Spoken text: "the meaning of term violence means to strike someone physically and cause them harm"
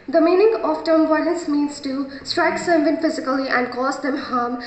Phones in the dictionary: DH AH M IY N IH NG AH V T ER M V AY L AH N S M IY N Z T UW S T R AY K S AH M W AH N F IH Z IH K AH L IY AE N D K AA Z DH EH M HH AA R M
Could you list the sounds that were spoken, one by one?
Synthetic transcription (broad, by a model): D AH M IY N IH NG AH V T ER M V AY N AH S M IY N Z T UW S T R AY K S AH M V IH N F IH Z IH K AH L IY AE N D K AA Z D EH M HH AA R M